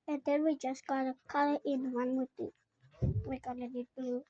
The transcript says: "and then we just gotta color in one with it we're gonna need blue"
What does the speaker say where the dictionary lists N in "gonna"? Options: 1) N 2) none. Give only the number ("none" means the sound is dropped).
2